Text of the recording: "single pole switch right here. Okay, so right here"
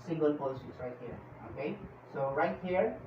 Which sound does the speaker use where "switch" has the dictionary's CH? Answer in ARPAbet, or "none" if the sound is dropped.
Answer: S